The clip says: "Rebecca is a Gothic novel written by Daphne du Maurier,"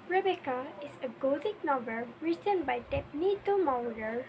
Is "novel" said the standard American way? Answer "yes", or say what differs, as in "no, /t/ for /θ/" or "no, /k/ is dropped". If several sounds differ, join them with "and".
no, /b/ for /v/